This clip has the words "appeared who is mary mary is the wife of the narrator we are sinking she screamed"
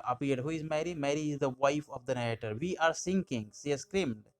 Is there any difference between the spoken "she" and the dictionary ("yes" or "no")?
yes